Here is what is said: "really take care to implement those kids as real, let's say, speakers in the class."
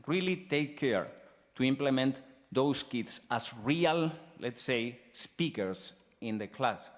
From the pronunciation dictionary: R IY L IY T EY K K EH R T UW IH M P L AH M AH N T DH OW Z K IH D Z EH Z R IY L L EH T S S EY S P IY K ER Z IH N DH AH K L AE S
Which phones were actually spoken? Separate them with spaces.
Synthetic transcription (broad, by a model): R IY L IY T EY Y K EH R T UW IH M P L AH M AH N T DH OW S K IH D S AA S R IY L L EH T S S EY S P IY K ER S IH N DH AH K L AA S